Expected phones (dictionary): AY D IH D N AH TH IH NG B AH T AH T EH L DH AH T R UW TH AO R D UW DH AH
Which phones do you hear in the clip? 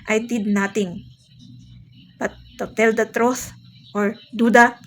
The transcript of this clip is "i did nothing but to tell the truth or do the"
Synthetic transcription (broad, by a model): AY D IH D N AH T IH NG B AH T AH T EH L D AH T R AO S AO R D UW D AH